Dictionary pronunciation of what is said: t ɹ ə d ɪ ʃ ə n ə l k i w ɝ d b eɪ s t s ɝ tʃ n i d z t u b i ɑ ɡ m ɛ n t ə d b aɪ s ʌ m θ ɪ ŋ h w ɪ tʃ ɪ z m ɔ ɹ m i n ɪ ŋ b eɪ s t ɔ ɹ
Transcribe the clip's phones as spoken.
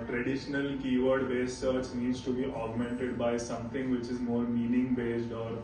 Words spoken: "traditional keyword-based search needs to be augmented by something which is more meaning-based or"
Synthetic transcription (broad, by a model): t ɹ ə d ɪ ʃ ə n ə l k i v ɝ d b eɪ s s ɝ tʃ n i d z t u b i ɑ ɡ m ɛ n t ə d b aɪ s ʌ m t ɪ ŋ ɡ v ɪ tʃ ɪ z m ɔ ɹ m i n ɪ ŋ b eɪ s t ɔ ɹ